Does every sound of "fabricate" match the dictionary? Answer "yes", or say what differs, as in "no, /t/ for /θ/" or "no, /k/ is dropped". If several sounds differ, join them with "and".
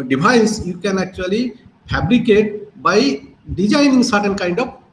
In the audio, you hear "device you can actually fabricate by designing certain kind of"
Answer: no, /p/ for /f/